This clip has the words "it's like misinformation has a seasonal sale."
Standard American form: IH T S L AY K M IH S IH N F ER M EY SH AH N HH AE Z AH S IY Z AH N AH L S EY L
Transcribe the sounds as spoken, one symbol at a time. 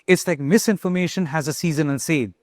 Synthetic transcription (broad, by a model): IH T S L AY K M IH S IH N F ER M EY SH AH N HH AE Z AH S IY Z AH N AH N S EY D